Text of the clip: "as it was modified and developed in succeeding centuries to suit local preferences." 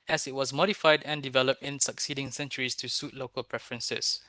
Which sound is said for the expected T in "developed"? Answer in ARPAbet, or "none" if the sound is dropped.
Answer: T